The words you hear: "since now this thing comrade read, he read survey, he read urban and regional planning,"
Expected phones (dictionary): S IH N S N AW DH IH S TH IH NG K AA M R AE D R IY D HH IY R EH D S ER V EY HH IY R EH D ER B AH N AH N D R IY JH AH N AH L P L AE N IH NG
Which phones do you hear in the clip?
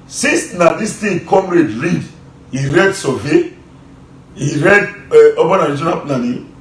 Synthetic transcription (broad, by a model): S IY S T N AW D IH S T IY K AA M R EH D R IY D HH IY R EH D S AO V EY HH IY R EH D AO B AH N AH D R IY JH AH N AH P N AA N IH